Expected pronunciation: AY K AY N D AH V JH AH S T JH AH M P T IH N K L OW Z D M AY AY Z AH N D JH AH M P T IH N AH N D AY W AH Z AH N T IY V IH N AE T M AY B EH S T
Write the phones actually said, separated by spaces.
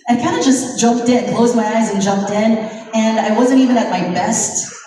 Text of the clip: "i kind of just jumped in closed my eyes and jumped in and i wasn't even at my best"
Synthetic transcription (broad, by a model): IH K AY N D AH JH AH S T JH AH M P T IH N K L OW Z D M AY AY Z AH N JH AH M P T IH N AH N AY W AH Z AH N T IY V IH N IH T M AY B EH S T